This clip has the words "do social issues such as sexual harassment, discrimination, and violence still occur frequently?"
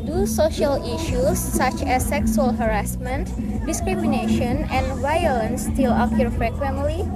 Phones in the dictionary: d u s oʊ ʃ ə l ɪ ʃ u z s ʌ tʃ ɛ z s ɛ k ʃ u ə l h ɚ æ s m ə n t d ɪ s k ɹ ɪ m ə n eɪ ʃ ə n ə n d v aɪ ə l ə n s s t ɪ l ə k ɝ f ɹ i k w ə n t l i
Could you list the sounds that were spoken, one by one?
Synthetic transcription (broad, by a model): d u s oʊ ʃ ə l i ʃ u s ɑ tʃ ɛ s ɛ k s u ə l h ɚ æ s m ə n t d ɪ s k ɹ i m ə n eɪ ʃ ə n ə n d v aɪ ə l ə n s s t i l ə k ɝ f ɹ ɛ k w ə n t l i